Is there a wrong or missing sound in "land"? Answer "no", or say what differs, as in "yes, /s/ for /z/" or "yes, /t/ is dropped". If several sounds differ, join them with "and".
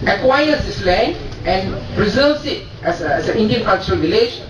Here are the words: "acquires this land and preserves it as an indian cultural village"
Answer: yes, /d/ is dropped